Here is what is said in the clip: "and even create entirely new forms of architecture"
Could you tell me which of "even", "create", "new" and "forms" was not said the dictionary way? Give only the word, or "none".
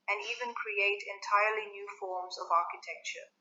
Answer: none